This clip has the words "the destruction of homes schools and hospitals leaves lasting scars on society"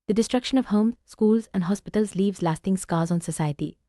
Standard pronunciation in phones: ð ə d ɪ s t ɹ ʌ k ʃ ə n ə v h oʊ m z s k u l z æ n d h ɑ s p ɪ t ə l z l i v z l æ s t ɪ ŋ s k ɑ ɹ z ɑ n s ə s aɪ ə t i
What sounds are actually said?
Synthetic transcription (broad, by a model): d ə d ɪ s t ɹ ʌ k ʃ ə n ə v h oʊ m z s k u l z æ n d h ɑ s p ɪ t ə l z l i v z l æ s t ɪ ŋ s k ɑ l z ɑ n s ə s aɪ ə t i